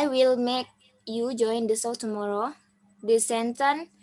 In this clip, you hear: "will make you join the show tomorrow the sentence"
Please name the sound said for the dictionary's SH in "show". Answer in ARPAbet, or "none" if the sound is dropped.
S